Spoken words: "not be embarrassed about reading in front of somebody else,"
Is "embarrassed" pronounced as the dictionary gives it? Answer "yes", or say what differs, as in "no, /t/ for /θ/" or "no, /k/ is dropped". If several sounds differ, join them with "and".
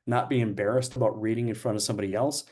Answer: yes